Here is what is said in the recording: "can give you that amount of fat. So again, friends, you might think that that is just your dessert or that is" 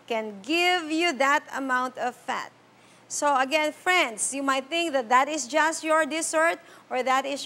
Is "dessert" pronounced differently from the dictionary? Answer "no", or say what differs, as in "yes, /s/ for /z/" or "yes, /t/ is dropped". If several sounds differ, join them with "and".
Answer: yes, /s/ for /z/